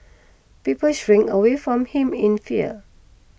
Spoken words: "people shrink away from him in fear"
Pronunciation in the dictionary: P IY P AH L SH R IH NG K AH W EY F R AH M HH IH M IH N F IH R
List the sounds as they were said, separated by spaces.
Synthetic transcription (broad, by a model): P IY P AH L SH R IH NG AH W EY F R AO M HH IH M IH N F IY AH